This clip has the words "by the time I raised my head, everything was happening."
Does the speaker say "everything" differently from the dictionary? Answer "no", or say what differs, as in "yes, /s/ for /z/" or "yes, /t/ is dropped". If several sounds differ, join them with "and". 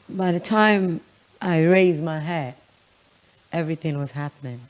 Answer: no